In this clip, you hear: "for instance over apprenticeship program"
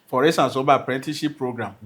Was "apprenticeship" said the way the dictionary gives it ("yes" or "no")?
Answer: no